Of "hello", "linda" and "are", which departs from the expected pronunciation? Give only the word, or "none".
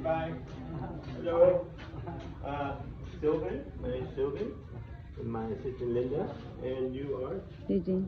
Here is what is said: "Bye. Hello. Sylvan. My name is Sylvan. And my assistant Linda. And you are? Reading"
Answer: hello